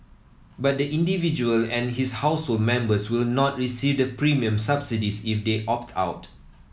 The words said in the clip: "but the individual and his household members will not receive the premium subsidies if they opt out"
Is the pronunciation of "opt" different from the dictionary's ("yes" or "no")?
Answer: no